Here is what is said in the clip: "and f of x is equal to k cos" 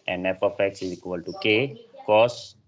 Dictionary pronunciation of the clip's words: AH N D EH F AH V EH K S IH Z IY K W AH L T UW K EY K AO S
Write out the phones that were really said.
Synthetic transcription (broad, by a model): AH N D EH P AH F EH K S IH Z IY K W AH L T UW K EY K AO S